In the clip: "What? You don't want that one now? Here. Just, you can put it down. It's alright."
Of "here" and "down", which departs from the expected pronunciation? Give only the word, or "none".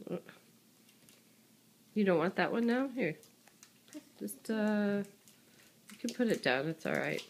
none